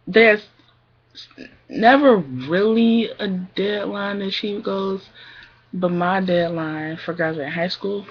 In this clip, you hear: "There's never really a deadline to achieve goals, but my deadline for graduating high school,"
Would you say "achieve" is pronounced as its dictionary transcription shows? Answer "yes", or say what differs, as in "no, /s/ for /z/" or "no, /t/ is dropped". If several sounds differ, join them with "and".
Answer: no, /p/ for /v/